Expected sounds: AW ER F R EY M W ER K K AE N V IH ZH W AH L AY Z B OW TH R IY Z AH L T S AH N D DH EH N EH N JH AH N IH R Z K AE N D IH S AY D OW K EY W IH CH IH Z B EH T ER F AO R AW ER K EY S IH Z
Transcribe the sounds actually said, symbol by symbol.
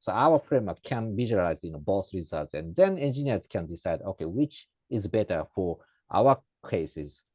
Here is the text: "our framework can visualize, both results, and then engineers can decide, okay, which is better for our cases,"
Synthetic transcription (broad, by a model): AW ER F R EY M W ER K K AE N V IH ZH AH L AY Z B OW S R IY Z AH L T S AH N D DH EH N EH N JH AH N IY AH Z K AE N D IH S AY D OW K EY W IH CH IH Z B EH T ER F AO R AW ER K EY S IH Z